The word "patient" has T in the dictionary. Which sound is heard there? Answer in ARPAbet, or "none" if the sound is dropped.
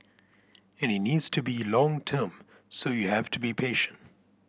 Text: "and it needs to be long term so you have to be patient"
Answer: T